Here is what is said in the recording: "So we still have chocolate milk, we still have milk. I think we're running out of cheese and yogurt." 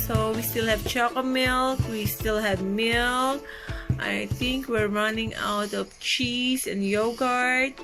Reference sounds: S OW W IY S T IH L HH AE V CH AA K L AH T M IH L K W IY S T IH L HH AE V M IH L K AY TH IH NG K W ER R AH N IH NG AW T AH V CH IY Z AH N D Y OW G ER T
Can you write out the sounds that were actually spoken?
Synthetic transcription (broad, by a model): S OW W IY S T IH L HH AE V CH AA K AH M IH L K W IY S T IH L HH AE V M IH L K AY TH IH NG K W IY R AH N IH NG AW T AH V CH IY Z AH N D Y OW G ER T